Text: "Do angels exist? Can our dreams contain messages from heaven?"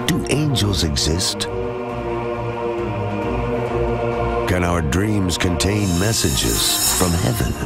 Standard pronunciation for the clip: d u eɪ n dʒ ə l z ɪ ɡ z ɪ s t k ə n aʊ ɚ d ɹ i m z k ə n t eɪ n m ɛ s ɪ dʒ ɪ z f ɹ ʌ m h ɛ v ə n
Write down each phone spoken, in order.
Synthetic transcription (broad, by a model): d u eɪ n dʒ ə l z ɪ ɡ z ɪ s t k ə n aʊ ɚ d ɹ i m z k ə n t eɪ n m ɛ s ɪ dʒ ɪ z f ɹ ʌ m h ɛ v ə n